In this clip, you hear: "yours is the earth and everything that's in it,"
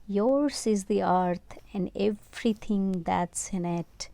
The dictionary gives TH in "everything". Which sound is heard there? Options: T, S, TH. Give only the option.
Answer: T